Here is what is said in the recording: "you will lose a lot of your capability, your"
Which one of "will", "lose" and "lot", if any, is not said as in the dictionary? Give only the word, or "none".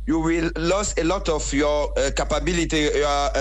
lose